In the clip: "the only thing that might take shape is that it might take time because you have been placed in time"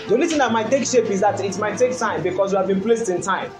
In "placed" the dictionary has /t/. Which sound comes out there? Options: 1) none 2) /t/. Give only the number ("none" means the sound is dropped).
2